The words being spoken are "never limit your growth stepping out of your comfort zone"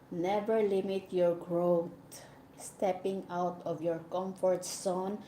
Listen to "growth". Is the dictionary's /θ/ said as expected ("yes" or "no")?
no